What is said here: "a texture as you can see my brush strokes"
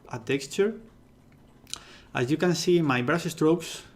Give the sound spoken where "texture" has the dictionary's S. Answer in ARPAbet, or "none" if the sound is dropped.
S